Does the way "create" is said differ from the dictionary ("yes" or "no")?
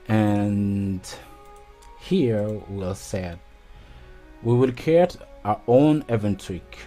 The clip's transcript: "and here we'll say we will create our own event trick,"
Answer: yes